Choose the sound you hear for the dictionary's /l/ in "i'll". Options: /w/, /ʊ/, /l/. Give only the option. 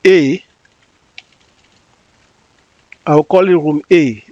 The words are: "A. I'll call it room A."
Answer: /w/